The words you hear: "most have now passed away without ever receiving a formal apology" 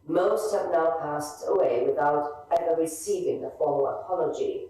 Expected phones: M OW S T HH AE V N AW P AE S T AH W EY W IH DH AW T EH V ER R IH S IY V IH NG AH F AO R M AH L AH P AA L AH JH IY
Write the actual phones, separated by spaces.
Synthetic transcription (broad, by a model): M OW S T HH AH V N AW P AE S T AH W EY W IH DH AW T EH V ER R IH S IY V IH NG AH F AO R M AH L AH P AA L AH JH IY